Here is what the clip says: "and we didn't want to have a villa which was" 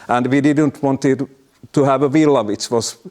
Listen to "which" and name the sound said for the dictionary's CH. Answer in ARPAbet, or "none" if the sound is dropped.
S